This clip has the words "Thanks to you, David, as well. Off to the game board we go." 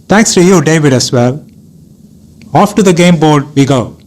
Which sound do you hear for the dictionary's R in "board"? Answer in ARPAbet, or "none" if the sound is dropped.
R